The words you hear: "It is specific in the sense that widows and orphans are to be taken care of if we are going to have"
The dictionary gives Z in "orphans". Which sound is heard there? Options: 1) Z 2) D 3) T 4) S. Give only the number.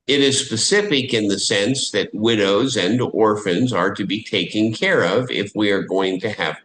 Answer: 1